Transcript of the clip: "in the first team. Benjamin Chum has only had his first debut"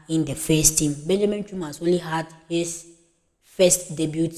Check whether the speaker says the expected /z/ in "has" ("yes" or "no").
no